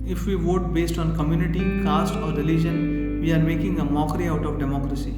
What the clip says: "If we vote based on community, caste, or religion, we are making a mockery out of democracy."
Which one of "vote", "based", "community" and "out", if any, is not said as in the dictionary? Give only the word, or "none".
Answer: none